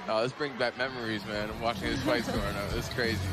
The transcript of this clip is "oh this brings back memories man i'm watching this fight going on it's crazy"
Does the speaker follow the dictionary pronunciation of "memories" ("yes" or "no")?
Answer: yes